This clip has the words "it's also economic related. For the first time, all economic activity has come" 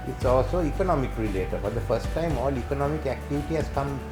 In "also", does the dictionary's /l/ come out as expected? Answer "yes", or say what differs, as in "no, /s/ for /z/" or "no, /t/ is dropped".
yes